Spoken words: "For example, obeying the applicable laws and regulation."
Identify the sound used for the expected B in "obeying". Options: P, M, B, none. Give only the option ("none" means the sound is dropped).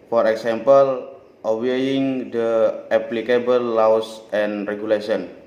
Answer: none